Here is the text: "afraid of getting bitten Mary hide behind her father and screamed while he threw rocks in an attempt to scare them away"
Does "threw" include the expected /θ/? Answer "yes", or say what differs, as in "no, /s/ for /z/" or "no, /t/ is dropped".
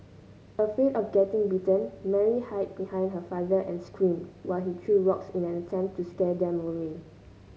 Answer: no, /t/ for /θ/